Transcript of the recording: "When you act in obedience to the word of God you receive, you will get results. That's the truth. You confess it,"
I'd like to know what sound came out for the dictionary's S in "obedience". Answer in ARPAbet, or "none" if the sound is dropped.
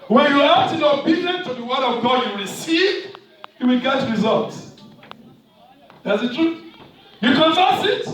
none